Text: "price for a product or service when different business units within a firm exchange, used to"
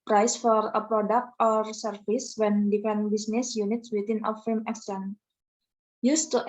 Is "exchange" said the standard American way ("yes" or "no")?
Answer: no